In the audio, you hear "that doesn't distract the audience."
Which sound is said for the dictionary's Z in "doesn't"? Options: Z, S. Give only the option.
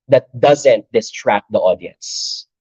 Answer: Z